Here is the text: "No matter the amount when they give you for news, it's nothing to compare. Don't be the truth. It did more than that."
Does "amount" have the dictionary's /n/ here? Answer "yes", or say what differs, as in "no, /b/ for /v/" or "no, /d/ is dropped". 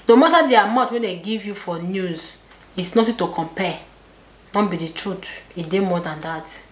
no, /n/ is dropped